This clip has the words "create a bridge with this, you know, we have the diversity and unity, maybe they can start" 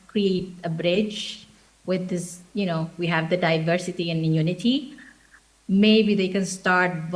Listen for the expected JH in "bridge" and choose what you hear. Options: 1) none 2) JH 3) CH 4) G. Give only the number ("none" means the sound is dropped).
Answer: 2